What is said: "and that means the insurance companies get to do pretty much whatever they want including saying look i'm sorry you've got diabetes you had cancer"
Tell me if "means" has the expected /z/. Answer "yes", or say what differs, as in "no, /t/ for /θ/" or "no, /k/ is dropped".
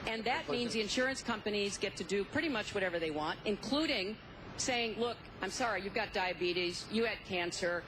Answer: yes